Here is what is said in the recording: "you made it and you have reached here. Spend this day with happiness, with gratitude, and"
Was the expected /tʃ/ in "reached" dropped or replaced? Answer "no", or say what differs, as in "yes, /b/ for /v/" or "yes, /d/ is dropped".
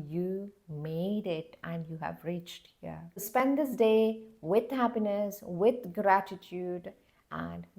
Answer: no